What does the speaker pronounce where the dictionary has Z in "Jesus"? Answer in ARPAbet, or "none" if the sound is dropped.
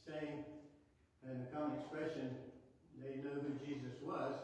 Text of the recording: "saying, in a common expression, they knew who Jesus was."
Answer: Z